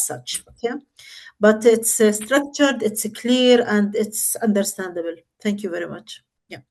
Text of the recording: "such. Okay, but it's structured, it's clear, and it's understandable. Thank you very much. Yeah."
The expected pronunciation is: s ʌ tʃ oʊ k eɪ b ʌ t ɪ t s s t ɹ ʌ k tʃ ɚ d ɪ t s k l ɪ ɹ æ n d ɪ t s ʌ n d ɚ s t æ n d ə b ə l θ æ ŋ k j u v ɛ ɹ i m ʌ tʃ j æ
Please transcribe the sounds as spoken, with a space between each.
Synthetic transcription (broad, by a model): s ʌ tʃ oʊ k eɪ b ʌ t ɪ t s s t ɹ ʌ k tʃ ɚ d ɪ t s k l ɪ ɹ æ n d ɪ t s ʌ n d ɚ s t æ n d ə b ə l θ æ ŋ k j u v ɛ ɹ i m ʌ tʃ j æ